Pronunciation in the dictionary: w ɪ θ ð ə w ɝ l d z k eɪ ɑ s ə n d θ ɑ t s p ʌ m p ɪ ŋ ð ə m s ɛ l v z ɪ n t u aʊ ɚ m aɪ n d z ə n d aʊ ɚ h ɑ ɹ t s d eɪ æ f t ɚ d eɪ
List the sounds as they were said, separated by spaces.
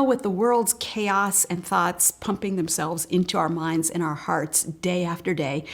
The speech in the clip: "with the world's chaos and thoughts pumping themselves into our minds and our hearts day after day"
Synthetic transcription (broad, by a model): w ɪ ð ə w ɝ l d z k eɪ ɑ s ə n θ ɑ t s p ʌ m p ɪ ŋ ð ə m s ɛ l v z ɪ n t u aʊ ɚ m aɪ n d z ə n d aʊ ɚ h ɑ ɹ t s d eɪ æ f t ɚ d eɪ